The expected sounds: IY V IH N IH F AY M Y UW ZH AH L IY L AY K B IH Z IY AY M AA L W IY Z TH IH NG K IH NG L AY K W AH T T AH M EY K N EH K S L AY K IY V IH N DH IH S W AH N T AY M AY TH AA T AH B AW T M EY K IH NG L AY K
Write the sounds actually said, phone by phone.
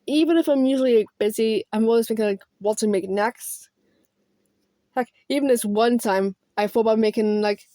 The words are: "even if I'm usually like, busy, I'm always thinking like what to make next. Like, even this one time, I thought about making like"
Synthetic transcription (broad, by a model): IY V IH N IH F AY M Y UW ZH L IY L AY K B IH Z IY AY M AA L W IY Z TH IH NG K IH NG L AY K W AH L T AH M EY K N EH K S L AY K IY V IH N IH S W AH N T AY M AY F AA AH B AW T M EY K IH NG L AY K